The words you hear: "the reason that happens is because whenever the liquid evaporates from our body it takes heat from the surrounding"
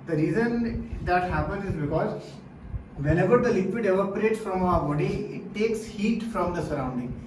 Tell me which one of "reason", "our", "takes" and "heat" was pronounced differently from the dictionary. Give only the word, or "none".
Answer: none